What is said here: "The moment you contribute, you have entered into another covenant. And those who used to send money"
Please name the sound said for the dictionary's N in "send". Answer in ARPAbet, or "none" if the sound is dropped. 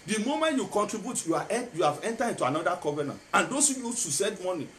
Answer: none